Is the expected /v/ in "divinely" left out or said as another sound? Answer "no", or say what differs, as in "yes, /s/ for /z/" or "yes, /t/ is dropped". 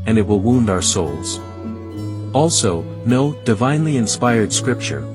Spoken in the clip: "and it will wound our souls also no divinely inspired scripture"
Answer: no